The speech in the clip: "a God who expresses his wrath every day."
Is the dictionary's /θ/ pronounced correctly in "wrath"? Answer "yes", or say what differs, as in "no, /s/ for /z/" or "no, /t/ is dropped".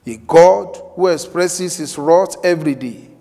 no, /t/ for /θ/